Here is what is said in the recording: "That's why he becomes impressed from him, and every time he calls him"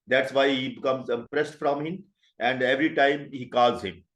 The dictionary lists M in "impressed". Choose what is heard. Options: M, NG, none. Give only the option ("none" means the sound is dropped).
none